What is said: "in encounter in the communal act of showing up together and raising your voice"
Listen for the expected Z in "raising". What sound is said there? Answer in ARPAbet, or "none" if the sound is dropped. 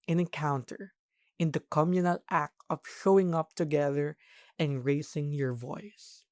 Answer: S